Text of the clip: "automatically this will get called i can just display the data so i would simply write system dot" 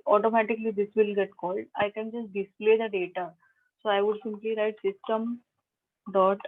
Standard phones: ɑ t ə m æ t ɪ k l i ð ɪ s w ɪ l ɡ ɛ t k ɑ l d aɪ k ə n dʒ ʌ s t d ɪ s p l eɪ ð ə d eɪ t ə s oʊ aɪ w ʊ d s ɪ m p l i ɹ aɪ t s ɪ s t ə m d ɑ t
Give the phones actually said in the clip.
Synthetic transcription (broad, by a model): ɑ t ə m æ t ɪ k l i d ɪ s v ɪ l ɡ ɛ t k ɑ l d aɪ k ə n dʒ ʌ s t d ɪ s p l eɪ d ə d eɪ t ə s oʊ aɪ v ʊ d s ɪ m p l i ɹ aɪ t s ɪ s t ə m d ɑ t